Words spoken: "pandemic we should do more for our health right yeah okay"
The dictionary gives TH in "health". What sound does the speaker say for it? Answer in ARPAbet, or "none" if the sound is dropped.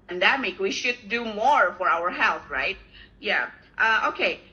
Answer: TH